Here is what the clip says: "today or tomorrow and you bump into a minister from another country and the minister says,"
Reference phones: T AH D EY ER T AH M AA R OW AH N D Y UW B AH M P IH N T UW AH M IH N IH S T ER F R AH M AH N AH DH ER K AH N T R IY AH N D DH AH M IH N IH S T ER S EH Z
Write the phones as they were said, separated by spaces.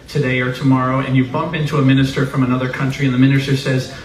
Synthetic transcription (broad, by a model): T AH D EY ER T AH M AA R OW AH N Y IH B AH M P IH N T UW AH M IH N IH S T ER F R AH M AH N AH DH ER K AH N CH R IY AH N DH AH M IH N IH S T ER S EH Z